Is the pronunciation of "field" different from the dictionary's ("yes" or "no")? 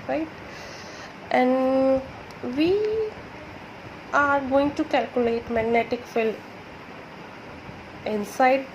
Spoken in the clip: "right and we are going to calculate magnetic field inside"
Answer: yes